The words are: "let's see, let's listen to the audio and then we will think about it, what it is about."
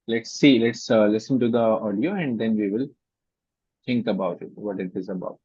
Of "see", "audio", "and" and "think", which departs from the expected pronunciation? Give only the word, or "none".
think